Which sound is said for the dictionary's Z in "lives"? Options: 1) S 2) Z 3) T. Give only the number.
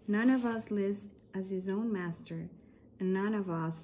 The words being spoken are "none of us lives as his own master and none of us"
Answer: 2